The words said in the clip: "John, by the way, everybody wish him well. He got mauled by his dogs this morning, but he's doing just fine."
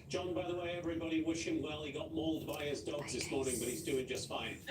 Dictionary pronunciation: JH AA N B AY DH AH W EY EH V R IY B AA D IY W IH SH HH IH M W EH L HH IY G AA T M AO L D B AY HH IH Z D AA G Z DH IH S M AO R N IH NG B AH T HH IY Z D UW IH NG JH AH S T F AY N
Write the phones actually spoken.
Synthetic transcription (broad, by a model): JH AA N B AY DH AH W EY EH V R IY B AA D IY W IH SH HH IH M W EH L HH IY G AA T M AO L D B AY IH Z D AA G Z DH IH S M AO R N IH NG B AH T HH IY Z D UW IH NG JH AH S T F AY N